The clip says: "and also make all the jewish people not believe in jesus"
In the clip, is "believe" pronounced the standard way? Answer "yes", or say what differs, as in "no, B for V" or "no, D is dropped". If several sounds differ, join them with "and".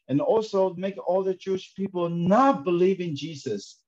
yes